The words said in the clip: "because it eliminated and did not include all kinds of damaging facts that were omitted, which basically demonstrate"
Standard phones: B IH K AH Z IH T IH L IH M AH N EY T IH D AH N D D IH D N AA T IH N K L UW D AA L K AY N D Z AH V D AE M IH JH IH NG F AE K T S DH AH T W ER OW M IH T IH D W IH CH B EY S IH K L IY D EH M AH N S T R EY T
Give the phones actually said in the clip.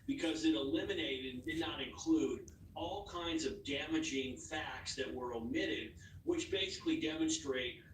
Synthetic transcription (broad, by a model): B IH K AH Z IH T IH L IH M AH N EY IH D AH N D D IH D N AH T IH N K L UW D AA L K AY N D Z AH V D AE M IH JH IH NG F AE K T S DH AH T W ER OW M IH T IH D W IH CH B EY S IH K L IY D EH M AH N S T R EY T